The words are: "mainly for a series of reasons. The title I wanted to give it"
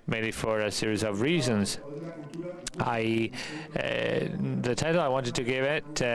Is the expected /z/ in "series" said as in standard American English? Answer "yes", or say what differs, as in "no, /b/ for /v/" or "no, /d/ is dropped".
yes